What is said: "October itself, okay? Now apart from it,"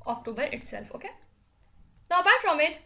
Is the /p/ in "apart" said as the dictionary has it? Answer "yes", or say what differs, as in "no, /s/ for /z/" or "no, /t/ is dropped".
no, /b/ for /p/